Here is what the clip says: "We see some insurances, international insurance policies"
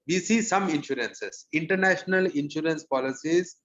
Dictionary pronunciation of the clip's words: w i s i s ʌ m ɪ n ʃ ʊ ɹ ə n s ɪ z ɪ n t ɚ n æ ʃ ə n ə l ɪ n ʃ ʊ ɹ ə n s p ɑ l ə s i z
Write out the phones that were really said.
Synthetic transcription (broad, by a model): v i s i s ʌ m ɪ n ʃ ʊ ɹ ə n s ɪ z ɪ n t ɚ n æ ʃ ə n ə l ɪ n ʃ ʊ ɹ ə n s p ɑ l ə s i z